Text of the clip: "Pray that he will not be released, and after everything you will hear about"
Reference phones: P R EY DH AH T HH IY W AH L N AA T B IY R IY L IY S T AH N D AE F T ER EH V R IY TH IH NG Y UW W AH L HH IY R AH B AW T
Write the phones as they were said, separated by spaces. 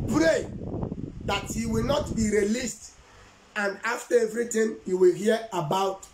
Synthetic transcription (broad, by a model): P R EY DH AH T HH IY W AH L N AA T B IY R IY L IY S T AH N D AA F T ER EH V R IY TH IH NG Y UW W AH L HH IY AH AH B AW T